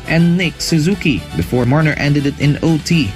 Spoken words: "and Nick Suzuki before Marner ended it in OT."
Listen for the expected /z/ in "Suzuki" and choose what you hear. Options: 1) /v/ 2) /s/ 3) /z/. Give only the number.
3